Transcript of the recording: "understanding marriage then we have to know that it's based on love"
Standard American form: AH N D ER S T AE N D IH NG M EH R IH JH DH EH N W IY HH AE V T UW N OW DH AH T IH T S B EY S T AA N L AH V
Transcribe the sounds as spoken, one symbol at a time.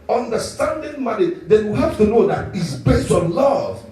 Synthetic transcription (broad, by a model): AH N D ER S T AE N D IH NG M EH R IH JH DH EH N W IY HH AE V T UW N OW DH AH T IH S B EY S T AA N L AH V